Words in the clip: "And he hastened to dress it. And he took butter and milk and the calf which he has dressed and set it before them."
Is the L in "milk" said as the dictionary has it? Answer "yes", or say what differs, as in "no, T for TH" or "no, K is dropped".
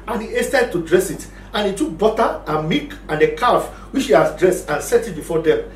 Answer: no, L is dropped